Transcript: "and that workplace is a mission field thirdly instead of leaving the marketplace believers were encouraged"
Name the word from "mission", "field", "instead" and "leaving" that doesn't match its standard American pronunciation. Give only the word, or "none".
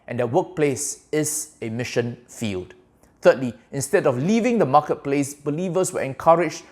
none